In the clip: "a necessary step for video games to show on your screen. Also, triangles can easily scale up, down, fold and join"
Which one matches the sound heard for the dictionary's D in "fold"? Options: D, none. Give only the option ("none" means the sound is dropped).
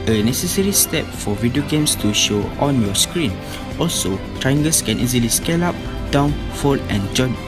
none